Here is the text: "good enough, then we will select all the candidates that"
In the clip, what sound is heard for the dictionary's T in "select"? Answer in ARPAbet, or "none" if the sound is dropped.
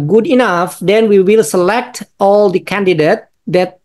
T